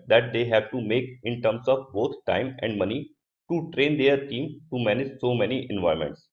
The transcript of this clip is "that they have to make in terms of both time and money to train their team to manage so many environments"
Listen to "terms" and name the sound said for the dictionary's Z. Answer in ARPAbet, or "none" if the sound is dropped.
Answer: S